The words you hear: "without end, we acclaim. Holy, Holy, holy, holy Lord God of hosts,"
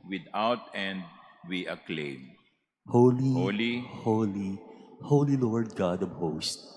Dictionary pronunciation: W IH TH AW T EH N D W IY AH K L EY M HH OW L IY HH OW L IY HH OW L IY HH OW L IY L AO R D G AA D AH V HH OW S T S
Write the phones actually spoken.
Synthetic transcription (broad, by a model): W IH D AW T EH N D W IY AH K L EY M HH OW L IY HH OW L IY HH OW L IY HH OW L IY L AO R D G AA D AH B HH OW S T